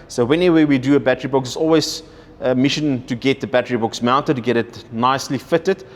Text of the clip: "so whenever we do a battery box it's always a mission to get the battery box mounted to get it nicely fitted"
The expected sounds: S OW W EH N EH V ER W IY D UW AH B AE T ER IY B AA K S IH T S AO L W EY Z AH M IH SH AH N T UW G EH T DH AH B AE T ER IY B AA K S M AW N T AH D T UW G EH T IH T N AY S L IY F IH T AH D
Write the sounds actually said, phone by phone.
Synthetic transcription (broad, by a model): S OW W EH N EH W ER W IY D UW AH B AE T ER IY B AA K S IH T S AO L W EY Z AH M IH SH AH N T UW G EH T DH AH B AE T ER IY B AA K S M AW N T AH D T UW G EH T IH T N AY S L IY F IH T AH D